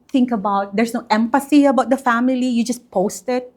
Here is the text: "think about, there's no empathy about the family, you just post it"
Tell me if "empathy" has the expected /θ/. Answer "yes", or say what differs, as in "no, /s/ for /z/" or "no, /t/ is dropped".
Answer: no, /s/ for /θ/